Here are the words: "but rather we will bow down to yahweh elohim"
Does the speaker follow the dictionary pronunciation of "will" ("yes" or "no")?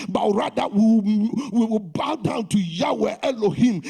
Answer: no